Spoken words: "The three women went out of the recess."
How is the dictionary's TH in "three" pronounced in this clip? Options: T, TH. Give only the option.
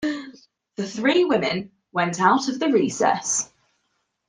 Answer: TH